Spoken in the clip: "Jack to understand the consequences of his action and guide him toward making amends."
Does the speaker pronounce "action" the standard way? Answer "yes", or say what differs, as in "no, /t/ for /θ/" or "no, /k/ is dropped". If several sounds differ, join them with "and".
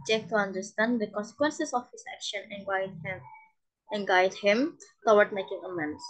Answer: yes